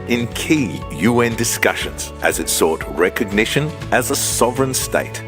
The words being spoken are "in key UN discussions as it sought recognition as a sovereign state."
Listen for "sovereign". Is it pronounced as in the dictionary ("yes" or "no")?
yes